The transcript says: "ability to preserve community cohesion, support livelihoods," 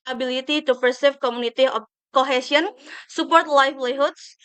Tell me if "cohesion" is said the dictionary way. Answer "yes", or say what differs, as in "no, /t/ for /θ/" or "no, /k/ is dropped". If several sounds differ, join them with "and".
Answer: no, /s/ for /ʒ/